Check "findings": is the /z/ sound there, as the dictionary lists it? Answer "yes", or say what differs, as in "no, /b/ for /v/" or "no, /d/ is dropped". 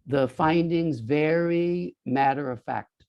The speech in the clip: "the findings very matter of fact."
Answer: yes